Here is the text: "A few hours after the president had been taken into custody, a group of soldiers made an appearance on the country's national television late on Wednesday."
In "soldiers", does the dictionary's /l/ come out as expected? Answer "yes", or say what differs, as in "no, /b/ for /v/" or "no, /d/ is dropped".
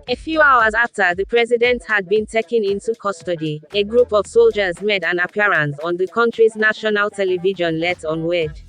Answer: yes